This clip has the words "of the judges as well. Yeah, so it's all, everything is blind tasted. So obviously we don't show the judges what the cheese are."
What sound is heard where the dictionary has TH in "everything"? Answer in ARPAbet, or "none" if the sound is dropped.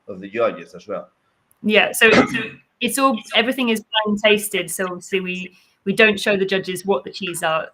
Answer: TH